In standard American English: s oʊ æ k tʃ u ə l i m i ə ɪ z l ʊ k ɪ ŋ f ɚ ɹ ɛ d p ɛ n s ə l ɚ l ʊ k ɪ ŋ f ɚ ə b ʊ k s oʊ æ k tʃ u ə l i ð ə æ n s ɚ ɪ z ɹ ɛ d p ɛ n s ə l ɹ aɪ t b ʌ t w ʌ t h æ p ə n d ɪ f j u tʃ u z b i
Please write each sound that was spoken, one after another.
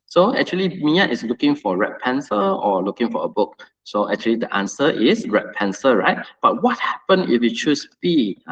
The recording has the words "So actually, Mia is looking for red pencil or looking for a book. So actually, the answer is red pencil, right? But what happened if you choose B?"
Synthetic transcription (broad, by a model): s oʊ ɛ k tʃ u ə l i m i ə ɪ s l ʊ k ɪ ŋ f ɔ ɹ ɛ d p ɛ n s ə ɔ l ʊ k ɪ ŋ f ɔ ə b ʊ k s oʊ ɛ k tʃ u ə l i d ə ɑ n s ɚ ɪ s ɹ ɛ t p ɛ n s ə ɹ aɪ t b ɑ t w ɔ t h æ p ə n ɪ f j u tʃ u s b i